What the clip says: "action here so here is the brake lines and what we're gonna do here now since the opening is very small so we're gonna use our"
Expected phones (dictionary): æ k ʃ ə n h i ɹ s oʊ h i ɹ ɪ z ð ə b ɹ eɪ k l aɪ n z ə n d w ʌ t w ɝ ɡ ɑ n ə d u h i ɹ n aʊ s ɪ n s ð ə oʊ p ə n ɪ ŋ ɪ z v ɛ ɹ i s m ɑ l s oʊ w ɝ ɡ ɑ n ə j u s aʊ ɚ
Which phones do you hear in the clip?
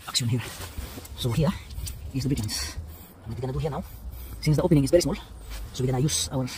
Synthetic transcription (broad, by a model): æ k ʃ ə n h i ɹ s oʊ h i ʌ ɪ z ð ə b eɪ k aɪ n s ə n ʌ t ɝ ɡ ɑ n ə d u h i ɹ n aʊ s ɪ n s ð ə oʊ p ə n ɪ ŋ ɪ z v ɛ ɹ i s m ɑ l s oʊ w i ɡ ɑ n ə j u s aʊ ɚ